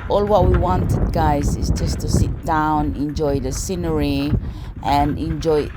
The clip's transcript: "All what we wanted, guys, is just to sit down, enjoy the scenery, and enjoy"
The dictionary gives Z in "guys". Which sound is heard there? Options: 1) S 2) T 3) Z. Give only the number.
3